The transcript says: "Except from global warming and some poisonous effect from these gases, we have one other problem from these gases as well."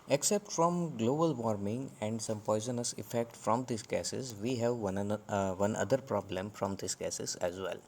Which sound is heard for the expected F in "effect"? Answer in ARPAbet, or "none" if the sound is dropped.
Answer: F